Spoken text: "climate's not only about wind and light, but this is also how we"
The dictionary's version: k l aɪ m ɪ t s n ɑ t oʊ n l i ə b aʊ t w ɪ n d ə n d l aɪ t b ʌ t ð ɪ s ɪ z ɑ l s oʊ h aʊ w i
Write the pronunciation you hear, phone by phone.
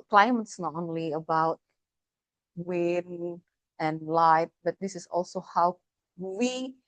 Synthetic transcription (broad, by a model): k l aɪ m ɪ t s n ɑ t oʊ n l i ə b aʊ t w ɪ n ə n l aɪ t b ʌ t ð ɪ s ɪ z ɑ l s oʊ h aʊ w i